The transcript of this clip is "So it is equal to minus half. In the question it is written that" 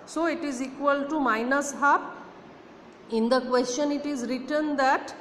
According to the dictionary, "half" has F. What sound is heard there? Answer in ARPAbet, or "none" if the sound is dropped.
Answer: P